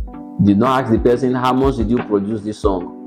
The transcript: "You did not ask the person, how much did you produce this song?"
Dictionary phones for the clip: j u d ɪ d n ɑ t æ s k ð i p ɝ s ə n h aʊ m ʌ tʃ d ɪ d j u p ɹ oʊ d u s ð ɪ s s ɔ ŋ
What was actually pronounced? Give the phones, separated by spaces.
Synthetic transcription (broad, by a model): d ɪ d n ɑ t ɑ k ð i p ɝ s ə n h aʊ m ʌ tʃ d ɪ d j u p ɹ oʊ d u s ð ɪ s s ɔ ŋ